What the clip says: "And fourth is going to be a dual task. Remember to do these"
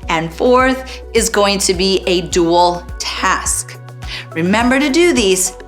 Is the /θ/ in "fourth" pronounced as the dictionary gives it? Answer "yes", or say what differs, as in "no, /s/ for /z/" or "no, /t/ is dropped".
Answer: yes